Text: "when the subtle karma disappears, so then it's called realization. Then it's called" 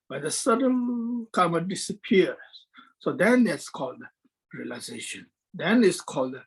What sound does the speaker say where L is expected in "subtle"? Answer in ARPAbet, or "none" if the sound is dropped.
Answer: N